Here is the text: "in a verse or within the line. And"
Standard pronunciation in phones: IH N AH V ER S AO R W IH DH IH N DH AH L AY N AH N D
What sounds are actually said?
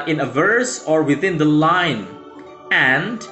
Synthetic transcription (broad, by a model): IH N AH V ER S AO R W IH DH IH N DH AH L AY N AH N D